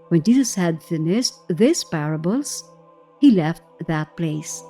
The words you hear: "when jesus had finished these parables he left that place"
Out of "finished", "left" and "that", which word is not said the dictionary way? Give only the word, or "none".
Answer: finished